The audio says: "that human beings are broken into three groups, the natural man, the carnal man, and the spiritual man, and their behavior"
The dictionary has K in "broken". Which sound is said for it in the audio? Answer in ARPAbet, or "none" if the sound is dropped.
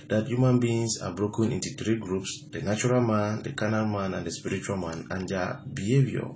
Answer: K